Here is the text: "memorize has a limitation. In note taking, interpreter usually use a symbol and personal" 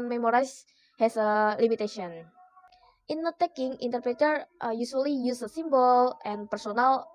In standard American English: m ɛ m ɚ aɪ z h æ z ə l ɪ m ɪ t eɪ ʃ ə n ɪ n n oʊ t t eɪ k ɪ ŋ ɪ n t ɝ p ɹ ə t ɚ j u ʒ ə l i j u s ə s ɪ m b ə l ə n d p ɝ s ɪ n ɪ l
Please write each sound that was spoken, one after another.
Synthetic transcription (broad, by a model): m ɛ m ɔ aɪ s h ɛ s ə l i m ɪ t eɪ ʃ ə ɪ n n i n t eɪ k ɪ ŋ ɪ n t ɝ p ɹ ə t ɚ j u s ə l i j u s ə s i m b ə l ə n p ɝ s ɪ n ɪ l